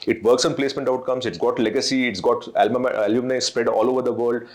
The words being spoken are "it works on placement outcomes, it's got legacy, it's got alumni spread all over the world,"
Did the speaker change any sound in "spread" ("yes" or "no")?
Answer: no